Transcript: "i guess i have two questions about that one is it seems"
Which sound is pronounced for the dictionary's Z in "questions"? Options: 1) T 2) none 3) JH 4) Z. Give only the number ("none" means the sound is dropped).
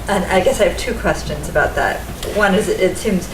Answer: 4